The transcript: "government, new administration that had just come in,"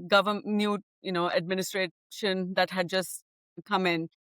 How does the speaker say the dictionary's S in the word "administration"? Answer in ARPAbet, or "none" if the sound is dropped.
S